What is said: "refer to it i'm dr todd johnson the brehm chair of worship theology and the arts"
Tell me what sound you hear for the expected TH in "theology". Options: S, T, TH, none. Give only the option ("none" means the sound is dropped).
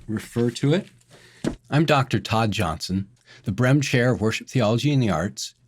TH